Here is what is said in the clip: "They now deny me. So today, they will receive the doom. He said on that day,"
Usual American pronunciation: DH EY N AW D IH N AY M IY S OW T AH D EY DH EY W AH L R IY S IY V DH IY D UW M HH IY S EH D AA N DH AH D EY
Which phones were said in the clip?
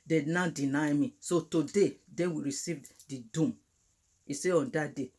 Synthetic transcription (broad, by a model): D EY N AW D IH N AY M IY S OW T AH D EY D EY W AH R IY S IY V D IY D UW M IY S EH AA N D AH D EY